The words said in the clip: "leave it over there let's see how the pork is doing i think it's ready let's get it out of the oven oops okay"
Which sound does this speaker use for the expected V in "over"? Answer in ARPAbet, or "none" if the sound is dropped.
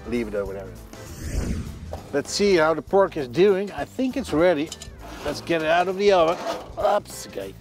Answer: W